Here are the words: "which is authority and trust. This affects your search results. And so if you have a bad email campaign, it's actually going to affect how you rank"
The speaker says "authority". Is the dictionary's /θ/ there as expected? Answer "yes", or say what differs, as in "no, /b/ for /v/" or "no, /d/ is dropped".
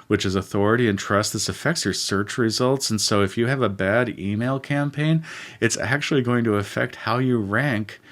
yes